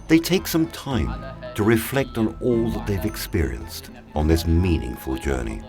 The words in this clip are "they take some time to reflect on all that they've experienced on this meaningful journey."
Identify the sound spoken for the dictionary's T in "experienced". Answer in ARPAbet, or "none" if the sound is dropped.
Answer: T